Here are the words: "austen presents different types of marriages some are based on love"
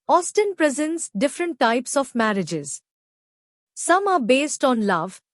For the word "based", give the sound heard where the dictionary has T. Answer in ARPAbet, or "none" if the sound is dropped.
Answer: T